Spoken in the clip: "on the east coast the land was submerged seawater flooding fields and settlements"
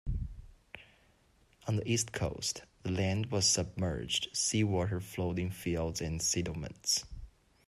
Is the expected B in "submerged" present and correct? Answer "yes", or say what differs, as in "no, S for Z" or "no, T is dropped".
yes